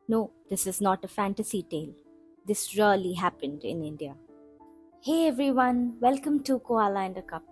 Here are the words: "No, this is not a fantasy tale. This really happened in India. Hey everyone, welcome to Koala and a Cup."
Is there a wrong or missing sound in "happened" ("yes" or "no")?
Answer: no